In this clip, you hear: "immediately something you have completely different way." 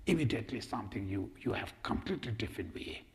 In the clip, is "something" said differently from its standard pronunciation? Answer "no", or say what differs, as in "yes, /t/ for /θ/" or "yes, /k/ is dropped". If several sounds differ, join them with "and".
yes, /t/ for /θ/